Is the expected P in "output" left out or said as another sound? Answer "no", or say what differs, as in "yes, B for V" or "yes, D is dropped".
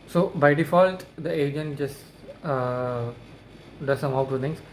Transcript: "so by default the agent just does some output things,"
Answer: yes, P is dropped